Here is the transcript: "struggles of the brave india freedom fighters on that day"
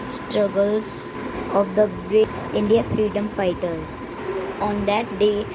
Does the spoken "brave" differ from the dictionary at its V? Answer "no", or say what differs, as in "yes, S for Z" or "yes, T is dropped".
yes, V is dropped